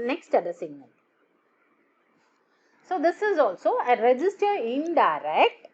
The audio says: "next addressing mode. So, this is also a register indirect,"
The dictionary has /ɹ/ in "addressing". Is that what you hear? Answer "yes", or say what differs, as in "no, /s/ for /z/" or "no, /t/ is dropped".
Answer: no, /ɹ/ is dropped